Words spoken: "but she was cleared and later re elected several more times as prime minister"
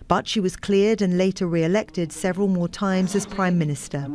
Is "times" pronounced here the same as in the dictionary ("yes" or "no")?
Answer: yes